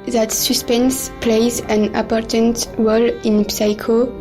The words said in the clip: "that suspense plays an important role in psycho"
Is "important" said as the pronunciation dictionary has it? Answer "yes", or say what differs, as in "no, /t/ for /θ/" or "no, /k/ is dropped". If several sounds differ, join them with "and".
no, /m/ is dropped